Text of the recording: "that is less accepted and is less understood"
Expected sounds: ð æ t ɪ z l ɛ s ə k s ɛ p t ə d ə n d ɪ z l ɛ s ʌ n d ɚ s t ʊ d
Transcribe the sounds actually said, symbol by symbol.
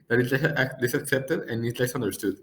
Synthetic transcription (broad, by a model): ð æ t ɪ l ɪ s ə k s ɛ p t ə d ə n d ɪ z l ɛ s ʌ n d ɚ s t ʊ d